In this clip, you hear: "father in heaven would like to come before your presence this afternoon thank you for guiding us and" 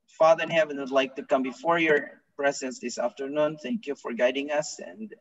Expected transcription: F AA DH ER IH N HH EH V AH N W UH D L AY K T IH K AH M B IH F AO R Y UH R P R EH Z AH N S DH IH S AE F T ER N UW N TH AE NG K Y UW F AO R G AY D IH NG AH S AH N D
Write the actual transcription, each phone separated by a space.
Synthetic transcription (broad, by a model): F AA DH ER IH N HH EH V AH N W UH D L AY K T IH K AH M B IH F AO R Y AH R P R EH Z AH N S DH IH S AE F T ER N UW N TH AE NG K Y UW F AO R G AY D IH NG AH S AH N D